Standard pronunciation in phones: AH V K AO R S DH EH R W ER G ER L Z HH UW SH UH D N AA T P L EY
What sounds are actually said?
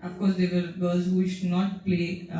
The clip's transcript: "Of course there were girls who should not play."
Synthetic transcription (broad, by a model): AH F K AO R S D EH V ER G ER Z HH UW SH UH D N AA T P L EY